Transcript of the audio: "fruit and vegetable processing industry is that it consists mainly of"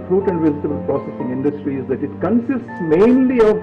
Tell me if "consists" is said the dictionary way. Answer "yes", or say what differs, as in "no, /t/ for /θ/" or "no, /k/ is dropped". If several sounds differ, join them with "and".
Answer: yes